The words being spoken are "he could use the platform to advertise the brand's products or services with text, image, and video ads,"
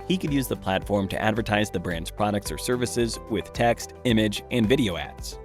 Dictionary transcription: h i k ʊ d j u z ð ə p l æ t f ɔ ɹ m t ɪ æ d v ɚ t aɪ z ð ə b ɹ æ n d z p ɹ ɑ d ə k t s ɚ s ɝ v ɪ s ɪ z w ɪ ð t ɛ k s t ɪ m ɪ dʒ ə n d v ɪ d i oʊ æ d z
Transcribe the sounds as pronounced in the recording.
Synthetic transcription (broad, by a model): h i k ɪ d j u z ð ə p l æ t f ɔ ɹ m t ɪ æ d v ɚ t aɪ z ð ə b ɹ æ n d z p ɹ ɑ d ə k t s ɚ s ɝ v ɪ s ɪ z w ɪ ð t ɛ k s t ɪ m ɪ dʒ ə n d v ɪ d i oʊ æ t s